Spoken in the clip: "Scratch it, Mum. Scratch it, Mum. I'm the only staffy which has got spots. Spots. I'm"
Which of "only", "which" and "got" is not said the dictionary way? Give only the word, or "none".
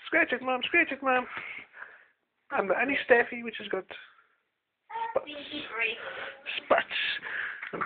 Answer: only